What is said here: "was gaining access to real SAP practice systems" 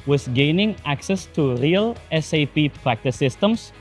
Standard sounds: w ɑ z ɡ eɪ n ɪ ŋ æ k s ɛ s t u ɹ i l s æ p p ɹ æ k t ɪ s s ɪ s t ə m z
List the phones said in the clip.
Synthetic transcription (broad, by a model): w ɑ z ɡ eɪ n ɪ ŋ æ k s ɛ s t u ɹ i l s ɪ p p ɹ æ k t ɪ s s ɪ s t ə m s